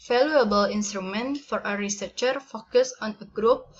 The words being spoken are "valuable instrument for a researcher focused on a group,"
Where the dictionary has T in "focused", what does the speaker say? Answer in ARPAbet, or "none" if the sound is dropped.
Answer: none